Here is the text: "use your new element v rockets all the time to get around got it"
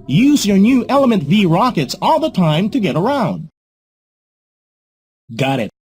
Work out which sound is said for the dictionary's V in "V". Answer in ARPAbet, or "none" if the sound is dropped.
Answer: V